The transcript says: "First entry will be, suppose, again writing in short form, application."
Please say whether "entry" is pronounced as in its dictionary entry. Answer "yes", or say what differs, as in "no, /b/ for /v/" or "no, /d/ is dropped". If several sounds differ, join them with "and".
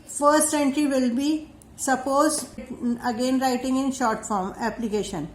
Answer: yes